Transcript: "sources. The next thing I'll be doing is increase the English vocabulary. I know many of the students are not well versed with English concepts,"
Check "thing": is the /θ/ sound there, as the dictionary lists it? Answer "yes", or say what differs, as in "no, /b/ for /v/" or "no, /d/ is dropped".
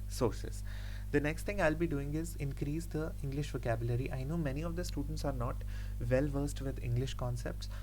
no, /t/ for /θ/